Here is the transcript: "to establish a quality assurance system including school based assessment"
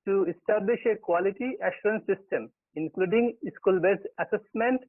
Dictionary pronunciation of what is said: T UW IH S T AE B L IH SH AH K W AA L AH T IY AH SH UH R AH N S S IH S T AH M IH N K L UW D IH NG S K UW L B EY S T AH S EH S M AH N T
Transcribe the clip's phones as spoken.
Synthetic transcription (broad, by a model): T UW IH S T AE B L IH SH AH K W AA L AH T IY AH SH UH R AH N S S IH S T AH M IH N K L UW D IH NG S K UW L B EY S AH S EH S M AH N T